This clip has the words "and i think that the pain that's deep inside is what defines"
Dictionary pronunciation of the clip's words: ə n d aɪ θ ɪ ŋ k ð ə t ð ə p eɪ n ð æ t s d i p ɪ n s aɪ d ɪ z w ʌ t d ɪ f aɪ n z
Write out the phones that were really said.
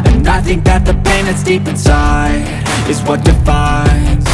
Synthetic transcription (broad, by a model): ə n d aɪ θ ɪ ŋ k ð ə t ð ə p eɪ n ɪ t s d i p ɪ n s aɪ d ɪ z w ʌ t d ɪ f aɪ n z